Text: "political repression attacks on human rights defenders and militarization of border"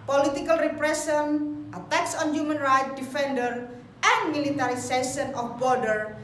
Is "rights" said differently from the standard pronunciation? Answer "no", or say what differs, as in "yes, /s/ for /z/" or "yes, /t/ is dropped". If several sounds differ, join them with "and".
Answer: yes, /s/ is dropped